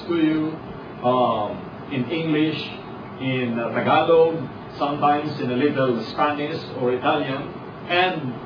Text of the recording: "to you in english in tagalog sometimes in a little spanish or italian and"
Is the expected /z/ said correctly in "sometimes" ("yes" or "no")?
no